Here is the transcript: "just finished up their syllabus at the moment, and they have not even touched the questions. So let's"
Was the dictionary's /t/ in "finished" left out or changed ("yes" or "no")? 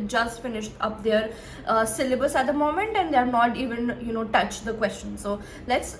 no